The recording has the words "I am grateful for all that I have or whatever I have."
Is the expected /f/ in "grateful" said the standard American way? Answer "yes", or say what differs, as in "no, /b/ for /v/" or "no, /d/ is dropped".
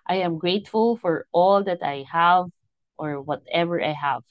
yes